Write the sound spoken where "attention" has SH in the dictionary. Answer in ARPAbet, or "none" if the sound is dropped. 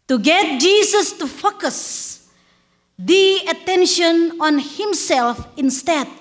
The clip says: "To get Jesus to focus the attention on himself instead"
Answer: SH